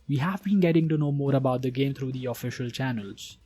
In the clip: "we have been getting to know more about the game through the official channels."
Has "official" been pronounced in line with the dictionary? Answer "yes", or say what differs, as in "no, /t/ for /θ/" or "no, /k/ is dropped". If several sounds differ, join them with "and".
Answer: yes